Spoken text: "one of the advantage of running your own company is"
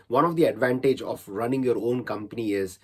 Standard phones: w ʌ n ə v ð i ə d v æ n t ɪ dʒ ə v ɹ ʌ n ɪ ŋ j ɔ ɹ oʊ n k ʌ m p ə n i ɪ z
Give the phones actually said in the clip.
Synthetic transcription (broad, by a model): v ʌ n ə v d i ə d v æ n t ɪ dʒ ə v ɹ ʌ n ɪ ŋ j ɔ ɹ oʊ n k ʌ m p ə n i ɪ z